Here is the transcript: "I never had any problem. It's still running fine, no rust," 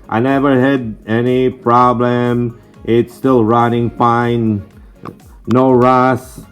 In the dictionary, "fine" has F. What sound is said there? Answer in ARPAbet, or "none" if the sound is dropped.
P